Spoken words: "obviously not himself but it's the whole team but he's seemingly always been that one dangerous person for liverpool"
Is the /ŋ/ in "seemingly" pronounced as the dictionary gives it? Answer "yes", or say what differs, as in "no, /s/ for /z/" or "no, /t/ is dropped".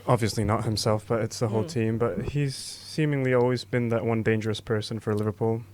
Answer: yes